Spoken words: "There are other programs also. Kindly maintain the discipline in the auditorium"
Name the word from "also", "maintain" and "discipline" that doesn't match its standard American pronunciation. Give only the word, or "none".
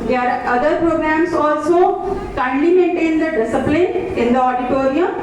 discipline